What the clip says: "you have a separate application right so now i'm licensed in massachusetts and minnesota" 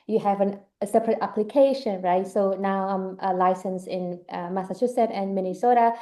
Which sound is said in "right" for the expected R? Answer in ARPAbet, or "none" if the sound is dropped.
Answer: R